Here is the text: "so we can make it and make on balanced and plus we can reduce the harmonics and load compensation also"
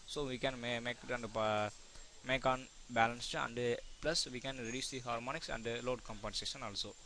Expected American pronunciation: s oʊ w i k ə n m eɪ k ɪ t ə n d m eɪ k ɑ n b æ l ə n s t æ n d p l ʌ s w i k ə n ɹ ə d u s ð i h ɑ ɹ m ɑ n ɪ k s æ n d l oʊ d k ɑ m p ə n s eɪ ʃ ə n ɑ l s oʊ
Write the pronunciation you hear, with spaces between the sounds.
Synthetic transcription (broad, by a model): s oʊ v i k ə n m eɪ k ɪ t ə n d m eɪ k ɑ n b æ l ə n s t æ n d p l ʌ s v i k ə n ɹ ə d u s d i h ɑ ɹ m ɑ n ɪ k s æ n d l oʊ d k ɑ m p ə n s eɪ ʃ ə n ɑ l s oʊ